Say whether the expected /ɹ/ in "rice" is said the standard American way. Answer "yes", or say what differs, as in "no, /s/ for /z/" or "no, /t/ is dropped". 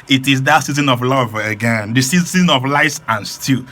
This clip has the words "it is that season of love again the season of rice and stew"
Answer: no, /l/ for /ɹ/